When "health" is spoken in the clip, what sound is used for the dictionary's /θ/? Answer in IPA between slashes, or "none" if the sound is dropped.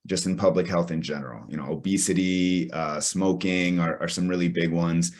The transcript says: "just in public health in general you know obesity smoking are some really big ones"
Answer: /θ/